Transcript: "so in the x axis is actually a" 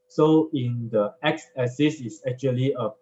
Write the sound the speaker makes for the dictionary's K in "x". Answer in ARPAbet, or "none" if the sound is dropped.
K